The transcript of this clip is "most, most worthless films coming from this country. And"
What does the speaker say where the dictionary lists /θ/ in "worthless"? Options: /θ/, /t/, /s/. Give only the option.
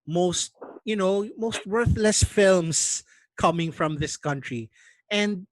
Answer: /θ/